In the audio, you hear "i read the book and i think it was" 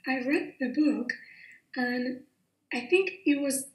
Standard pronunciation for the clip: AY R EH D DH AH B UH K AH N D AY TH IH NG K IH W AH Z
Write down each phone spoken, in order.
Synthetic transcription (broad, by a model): AY R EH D DH AH B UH K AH N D AY TH IH NG K IH W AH Z